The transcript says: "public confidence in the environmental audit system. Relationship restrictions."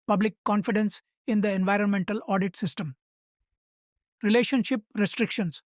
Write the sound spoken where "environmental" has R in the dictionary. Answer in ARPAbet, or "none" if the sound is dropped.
R